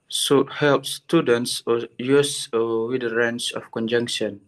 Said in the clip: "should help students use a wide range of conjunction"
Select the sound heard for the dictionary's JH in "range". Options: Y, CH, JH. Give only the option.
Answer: CH